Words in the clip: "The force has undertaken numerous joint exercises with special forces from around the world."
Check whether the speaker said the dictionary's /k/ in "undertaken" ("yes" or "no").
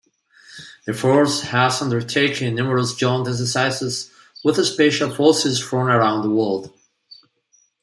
no